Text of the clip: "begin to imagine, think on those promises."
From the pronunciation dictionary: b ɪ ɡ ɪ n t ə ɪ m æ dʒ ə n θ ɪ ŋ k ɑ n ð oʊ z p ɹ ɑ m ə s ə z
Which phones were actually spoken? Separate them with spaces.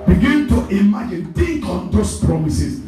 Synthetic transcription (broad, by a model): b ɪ ɡ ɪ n t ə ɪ m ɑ dʒ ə n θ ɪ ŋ k ɑ n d oʊ s p ɹ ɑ m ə s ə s